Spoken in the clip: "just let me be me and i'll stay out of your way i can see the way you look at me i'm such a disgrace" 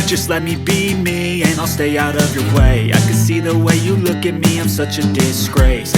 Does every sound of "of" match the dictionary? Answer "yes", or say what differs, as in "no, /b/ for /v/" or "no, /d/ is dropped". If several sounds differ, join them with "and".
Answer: yes